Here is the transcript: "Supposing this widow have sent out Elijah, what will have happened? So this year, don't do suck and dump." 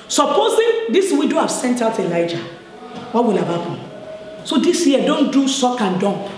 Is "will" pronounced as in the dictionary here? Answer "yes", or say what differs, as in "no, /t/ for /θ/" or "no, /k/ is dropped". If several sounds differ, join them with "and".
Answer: yes